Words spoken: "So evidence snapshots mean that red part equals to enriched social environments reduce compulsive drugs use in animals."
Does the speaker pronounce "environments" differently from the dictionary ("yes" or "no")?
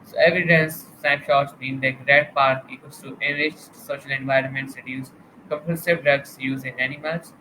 no